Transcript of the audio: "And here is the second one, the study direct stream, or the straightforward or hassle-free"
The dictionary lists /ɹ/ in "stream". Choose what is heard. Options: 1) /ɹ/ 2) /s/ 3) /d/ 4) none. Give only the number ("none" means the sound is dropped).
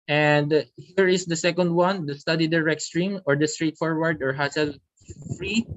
1